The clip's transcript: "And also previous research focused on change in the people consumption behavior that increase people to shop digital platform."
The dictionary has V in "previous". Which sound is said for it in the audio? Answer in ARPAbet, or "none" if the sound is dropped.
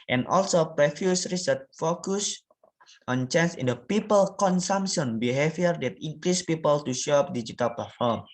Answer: F